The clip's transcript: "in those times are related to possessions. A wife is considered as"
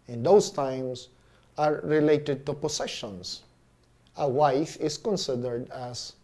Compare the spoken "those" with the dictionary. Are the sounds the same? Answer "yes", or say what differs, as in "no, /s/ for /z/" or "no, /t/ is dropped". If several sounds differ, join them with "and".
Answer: no, /s/ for /z/